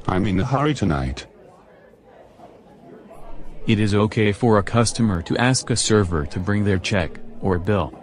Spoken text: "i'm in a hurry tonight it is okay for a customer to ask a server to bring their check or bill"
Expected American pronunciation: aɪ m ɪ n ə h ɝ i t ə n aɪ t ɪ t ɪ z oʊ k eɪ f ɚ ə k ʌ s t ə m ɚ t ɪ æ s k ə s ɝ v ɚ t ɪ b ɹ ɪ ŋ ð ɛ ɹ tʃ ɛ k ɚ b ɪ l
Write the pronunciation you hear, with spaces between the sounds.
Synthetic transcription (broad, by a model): aɪ m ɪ n ə h ɝ i t ə n aɪ t ɪ t ɪ z oʊ k eɪ f ɚ ə k ʌ s t ə m ɚ t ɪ æ s k ə s ɝ v ɚ t ɪ b ɹ ɪ ŋ ð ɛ ɹ tʃ ɛ k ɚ b ɪ l